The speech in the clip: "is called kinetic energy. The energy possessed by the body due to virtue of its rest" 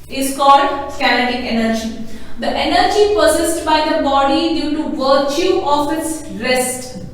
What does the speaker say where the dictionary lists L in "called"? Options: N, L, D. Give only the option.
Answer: L